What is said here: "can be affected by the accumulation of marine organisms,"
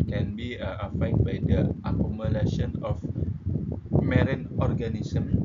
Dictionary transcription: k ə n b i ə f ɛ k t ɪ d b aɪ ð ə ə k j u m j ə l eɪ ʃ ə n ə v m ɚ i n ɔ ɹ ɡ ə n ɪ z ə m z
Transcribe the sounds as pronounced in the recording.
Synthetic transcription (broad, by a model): k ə n b i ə ɑ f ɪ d b aɪ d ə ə k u m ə l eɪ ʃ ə n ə f m ɚ i n ɔ ɹ ɡ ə n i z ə m